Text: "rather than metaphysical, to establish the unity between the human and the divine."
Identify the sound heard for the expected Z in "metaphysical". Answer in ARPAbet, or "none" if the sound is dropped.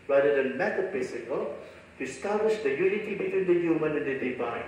S